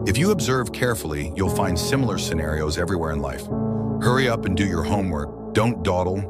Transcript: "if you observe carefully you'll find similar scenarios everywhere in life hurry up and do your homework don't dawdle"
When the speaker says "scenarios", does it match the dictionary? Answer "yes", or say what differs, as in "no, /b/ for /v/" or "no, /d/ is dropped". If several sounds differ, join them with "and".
yes